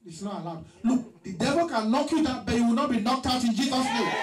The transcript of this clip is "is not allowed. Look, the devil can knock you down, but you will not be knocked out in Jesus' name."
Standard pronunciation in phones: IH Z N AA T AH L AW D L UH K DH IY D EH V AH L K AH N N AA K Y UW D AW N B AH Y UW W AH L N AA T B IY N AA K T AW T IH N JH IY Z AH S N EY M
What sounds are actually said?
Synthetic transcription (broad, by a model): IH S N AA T AH L AW D L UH K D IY D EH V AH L K AH N L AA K Y UW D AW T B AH Y UW W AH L N AA T B IY N AA K T AW T IH N JH IY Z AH S N EY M